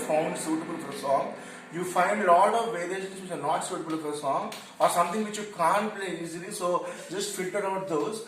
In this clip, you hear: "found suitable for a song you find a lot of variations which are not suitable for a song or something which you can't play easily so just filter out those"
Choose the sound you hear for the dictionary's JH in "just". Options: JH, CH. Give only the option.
JH